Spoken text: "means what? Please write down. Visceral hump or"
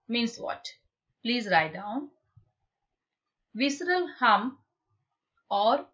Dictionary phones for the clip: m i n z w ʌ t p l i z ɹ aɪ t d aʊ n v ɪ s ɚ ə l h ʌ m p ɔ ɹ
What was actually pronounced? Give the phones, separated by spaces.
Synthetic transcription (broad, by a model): m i n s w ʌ t p l i z ɹ aɪ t d aʊ n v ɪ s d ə l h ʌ m ɔ ɹ